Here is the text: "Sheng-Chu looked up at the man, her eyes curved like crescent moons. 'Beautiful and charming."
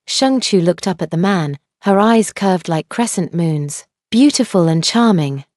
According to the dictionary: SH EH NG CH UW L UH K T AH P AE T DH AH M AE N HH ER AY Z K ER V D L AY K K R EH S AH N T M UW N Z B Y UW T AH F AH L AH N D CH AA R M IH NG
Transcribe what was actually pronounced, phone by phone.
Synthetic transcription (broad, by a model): SH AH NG CH UW L UH K T AH P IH T DH AH M AE N HH ER AY Z K ER V D L AY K K R EH S AH N T M UW N Z B Y UW T AH F AH L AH N CH AA R M IH NG